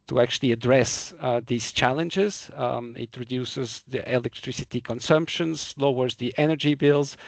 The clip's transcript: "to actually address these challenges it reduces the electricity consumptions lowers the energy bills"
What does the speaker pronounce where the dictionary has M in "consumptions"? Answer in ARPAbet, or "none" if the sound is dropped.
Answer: M